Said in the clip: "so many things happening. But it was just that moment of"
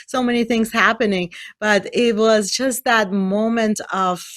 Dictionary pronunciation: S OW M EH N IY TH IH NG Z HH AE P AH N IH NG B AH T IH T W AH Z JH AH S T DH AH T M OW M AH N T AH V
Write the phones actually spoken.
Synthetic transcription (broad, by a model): S OW M EH N IY TH IH NG Z HH AE P AH N IH NG B AH T IH T W AH Z JH AH S T DH AH T M OW M AH N T AH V